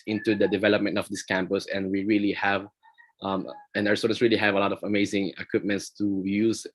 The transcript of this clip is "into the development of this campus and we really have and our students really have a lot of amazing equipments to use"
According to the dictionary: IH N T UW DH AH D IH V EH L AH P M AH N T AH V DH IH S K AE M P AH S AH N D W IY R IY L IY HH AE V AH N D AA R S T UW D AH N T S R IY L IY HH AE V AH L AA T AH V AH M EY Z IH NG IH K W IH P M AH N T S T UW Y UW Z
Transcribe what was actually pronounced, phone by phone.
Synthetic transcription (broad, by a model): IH N T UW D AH D IH V EH L AH P M AH N T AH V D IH S K AE M P AH S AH N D W IY R IY L IY HH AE V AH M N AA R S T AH T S R IY L IY HH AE V AH L AA T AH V AH M EY Z IH NG IH K W IH P M AH N T S T UW Y UW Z